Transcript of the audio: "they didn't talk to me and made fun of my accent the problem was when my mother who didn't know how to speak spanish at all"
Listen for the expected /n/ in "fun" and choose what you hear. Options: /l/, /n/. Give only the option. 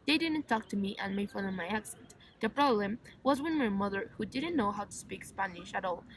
/l/